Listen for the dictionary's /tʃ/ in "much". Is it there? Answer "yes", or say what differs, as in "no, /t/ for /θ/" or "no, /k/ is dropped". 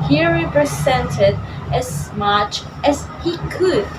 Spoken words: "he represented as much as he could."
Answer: yes